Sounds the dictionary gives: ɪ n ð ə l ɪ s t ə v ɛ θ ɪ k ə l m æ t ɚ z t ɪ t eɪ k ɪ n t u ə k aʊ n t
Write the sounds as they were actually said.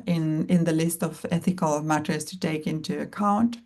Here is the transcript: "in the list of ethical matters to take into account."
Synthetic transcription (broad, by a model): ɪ n ð ə l ɪ s t ə v ɛ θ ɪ k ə l m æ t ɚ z t ɪ t eɪ k ɪ n t u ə k aʊ n t